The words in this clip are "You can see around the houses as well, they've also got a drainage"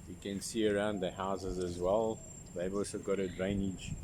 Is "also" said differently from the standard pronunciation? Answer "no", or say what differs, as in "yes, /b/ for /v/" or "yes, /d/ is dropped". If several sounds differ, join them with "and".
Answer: no